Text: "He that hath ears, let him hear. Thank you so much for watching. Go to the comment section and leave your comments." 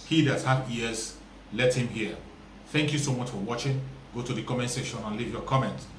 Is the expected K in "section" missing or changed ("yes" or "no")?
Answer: yes